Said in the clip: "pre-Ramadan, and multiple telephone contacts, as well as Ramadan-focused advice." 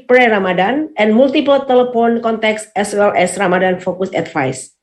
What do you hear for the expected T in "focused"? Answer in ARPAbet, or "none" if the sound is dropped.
none